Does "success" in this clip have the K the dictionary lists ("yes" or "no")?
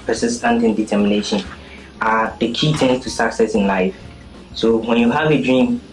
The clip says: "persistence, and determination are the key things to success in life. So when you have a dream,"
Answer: yes